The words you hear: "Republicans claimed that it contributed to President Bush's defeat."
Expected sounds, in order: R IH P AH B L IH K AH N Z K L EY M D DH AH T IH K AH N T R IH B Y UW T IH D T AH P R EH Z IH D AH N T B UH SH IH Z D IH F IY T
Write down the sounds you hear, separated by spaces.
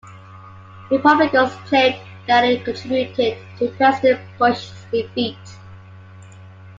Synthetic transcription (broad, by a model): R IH P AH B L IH K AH Z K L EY D DH AH T IH K AH N T R IH B Y UW T IH D T AH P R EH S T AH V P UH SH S D IH F IY T